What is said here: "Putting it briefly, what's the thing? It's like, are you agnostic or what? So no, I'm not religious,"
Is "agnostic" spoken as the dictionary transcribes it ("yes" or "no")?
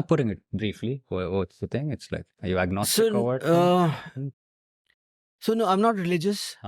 no